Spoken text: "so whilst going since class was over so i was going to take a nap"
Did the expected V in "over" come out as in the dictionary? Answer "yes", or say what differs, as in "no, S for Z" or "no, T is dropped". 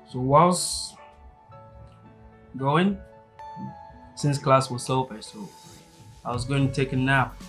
no, P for V